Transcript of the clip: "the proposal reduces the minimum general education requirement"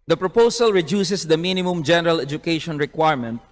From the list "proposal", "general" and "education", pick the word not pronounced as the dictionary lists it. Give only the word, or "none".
proposal